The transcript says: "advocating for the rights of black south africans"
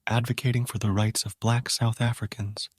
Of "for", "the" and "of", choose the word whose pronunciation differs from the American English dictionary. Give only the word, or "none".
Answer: none